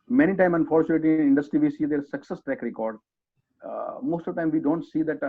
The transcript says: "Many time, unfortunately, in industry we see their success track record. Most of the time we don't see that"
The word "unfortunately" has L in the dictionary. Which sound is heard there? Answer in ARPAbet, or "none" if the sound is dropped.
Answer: none